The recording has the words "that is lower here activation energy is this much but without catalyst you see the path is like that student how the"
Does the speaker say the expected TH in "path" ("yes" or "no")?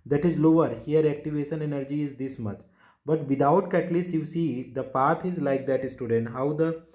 no